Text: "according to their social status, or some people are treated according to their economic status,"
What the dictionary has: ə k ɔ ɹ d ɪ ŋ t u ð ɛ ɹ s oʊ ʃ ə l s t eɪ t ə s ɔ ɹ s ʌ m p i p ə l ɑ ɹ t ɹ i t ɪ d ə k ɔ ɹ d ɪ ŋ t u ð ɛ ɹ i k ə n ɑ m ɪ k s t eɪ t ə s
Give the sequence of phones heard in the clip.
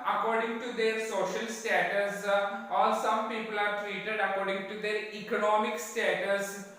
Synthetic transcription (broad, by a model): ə k ɔ ɹ d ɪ ŋ t u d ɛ ɹ s oʊ ʃ ə l s t eɪ t ə s ɔ l s ʌ m p i p ə l ɑ ɹ t ɹ i t ɪ d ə k ɔ ɹ d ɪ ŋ t u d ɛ ɹ i k ə n ɑ m ɪ k s t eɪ t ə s